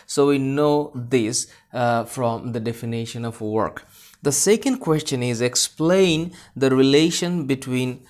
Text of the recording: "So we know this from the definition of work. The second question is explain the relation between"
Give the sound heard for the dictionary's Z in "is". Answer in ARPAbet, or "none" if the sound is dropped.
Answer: Z